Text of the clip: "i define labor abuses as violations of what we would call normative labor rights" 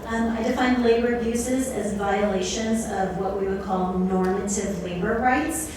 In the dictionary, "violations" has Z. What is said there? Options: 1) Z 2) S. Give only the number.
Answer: 1